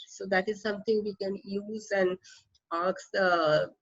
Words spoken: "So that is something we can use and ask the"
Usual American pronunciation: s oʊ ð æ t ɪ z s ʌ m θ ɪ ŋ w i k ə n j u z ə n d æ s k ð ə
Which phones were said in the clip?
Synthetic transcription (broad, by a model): s oʊ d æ t ɪ z s ʌ m t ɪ ŋ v i k ə n j u z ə n d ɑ k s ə